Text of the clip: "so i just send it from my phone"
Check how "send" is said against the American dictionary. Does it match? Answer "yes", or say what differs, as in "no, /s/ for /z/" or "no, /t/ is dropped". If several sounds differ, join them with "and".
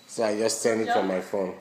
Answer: no, /d/ is dropped